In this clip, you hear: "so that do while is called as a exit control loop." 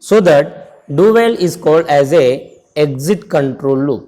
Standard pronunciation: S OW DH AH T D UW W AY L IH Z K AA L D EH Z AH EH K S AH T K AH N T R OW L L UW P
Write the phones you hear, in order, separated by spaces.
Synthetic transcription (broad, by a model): S OW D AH T D UW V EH L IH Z K AA L D EH Z AH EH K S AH T K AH N T R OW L L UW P